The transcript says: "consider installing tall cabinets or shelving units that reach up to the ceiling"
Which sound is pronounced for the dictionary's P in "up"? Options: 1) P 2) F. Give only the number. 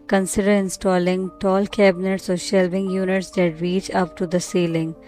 1